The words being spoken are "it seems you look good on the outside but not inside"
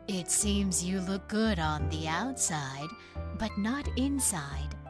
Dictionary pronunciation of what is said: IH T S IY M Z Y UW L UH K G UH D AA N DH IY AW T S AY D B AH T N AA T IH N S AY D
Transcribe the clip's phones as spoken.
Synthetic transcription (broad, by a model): IH T S IY M Z Y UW L UH K G UH D N DH IY AW T S AY D B AH T N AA T IH N S AY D